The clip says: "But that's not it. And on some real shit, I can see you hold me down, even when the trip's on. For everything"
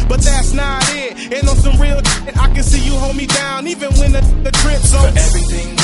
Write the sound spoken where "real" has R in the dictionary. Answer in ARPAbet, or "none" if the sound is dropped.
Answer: R